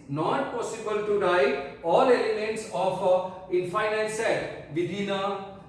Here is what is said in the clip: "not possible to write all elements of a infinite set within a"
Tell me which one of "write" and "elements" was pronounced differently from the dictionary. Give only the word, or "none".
write